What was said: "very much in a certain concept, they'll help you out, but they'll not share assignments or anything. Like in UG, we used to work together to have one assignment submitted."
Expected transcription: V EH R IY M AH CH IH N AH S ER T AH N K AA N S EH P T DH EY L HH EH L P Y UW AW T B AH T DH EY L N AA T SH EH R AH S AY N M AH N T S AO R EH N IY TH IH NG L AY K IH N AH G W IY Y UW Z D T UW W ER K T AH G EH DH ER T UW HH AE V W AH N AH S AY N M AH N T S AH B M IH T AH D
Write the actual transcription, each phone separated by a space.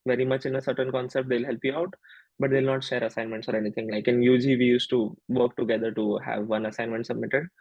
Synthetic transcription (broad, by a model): V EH R IY M AH CH IH N AH S ER T AH N K AA N S EH P T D EY L HH EH L P Y UW AW T B AH T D EY L N AA T SH EH R AH S AY N M AH N T S AO R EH N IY T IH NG L AY K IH N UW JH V IY Y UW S T UW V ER K T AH G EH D ER T UW HH AE V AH N AH S AY N M AH N T S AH B M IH T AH D